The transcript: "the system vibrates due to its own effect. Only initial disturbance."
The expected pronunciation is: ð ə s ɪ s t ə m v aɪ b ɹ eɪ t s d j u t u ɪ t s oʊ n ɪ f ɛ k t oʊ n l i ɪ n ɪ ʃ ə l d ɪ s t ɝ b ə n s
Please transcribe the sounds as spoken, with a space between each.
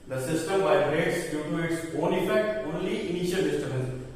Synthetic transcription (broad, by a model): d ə s ɪ s t ə m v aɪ ɹ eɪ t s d j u t u ɪ t s oʊ n ɪ f ɛ k t oʊ n l i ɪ n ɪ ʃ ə l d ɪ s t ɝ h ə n